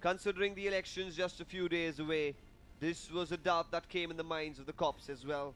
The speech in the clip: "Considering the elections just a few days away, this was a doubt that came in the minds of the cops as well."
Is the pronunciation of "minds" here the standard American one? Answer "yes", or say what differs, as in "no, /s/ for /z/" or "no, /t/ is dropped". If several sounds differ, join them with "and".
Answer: yes